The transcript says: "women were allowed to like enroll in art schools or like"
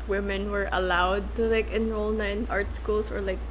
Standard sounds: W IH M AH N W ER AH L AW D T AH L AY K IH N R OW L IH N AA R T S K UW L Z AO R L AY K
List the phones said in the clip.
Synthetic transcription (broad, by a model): W IH M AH N W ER AH L AW D T AH L AY K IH N R OW L IH N AA R T S K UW L S AO R L AY K